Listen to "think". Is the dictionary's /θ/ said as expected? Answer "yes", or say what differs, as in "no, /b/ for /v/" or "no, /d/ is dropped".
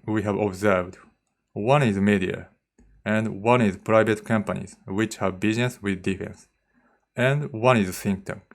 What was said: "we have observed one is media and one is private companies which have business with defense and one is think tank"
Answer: no, /s/ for /θ/